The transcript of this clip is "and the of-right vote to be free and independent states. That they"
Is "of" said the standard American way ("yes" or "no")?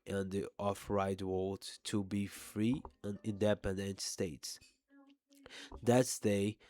no